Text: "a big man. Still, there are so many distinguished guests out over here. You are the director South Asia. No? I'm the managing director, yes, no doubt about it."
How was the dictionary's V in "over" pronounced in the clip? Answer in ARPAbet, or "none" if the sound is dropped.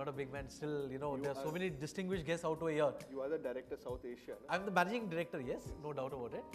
none